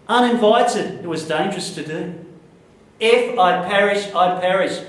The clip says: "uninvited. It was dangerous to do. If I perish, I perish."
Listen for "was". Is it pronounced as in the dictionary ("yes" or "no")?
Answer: yes